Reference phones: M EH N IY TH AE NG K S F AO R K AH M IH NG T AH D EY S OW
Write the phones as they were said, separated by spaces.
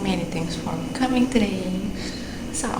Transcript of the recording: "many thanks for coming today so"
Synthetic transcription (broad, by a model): M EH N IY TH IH NG S F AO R K AH M IH NG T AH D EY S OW